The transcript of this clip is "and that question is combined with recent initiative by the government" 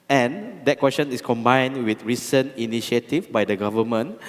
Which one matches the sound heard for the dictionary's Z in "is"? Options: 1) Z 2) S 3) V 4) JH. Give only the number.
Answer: 2